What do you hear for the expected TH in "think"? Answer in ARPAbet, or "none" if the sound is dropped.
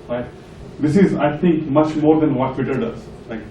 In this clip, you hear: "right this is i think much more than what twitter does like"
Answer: T